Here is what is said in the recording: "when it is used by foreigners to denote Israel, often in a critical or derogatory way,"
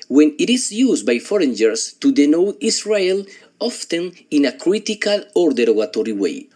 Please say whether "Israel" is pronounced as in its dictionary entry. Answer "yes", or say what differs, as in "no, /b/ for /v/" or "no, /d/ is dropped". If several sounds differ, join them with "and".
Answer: no, /s/ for /z/